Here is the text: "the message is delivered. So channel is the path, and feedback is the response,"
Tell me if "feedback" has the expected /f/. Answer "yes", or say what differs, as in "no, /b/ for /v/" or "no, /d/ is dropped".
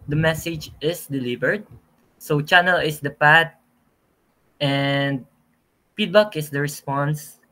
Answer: no, /p/ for /f/